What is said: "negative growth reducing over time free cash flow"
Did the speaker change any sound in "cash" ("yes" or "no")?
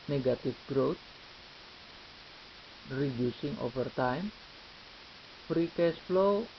yes